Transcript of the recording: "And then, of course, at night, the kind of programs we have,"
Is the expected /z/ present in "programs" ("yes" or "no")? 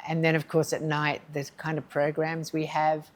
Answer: yes